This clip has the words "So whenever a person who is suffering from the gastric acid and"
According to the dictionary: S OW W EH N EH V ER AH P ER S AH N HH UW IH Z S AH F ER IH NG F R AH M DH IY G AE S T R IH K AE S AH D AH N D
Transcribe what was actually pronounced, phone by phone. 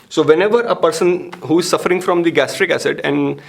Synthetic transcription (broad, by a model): S OW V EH N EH V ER AH P ER S AH N HH UW IH Z S AH F ER IH NG F R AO M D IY G AE S T R IH K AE S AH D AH N D